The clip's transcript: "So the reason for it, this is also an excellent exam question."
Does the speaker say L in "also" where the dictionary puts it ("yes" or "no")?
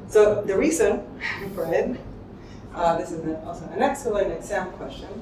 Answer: no